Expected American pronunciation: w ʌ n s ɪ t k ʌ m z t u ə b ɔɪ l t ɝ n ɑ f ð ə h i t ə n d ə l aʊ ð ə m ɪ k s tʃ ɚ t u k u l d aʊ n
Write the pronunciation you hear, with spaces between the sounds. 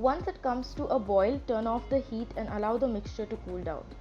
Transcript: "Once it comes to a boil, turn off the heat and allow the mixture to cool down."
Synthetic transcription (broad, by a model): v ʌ n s ɪ t k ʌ m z t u ə b ɔɪ l t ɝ n ɑ f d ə h i t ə n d ə l aʊ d ə m ɪ k s tʃ ɚ t u k u l d aʊ n